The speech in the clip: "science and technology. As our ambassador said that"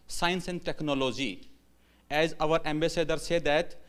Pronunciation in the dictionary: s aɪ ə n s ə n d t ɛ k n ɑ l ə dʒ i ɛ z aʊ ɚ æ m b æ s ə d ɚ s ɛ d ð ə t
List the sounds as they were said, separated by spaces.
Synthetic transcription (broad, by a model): s aɪ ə n s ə n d t ɛ k n ɑ l ə dʒ i ɛ z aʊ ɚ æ m b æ s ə d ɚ s ɛ d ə t